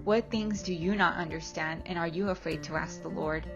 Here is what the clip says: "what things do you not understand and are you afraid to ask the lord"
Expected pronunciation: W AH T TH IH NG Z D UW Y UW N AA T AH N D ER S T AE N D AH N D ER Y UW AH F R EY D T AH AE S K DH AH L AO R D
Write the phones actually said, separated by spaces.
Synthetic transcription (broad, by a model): W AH T TH IH NG Z D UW Y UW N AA T AH N D ER S T AE N D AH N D ER Y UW AH F R EY D T AH AE S K DH AH L AO R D